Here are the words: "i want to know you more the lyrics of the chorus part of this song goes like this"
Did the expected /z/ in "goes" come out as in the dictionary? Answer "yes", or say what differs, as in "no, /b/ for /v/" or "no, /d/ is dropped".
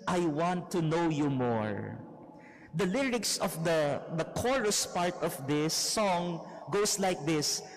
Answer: no, /s/ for /z/